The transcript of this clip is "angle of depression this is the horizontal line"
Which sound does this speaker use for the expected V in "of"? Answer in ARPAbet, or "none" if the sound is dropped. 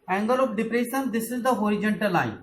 P